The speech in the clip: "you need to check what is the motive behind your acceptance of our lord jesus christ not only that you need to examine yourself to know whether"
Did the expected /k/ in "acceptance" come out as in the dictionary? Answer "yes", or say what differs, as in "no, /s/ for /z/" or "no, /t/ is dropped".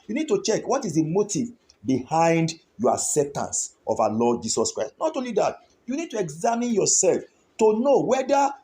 no, /k/ is dropped